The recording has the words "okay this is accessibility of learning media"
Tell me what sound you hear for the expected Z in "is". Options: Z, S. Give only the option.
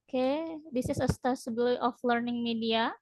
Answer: S